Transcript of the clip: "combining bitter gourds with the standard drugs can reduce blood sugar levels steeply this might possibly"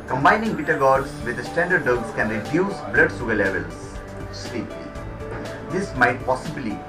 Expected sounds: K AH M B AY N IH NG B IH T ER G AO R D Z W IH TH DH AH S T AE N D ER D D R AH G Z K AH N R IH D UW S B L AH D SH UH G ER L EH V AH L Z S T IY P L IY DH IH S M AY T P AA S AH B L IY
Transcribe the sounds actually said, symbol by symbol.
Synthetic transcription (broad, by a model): K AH M B AY N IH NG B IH T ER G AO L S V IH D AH S T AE N D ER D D AH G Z K AH N R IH D UW S B L AH D S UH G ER L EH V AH L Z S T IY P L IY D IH S M AY T P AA S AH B L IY